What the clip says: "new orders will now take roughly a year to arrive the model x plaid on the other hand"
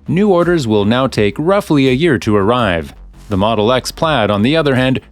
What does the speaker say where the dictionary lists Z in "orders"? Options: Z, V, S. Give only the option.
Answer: Z